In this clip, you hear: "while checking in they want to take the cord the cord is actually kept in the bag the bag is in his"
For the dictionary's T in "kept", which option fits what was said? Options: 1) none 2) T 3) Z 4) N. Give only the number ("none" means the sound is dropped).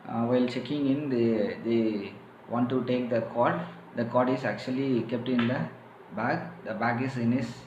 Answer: 2